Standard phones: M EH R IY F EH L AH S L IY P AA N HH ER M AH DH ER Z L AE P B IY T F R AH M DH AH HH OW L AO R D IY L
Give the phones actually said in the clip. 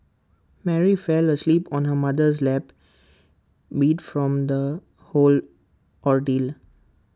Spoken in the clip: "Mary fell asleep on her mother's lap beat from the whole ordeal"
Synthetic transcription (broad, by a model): M EH R IY F EH L AH S L IY P AA N HH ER M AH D ER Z L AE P B IY T F R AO M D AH HH OW L AO R D IY L